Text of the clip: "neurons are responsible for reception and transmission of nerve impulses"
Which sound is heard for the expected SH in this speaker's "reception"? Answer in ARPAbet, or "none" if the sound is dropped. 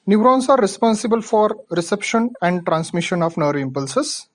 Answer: SH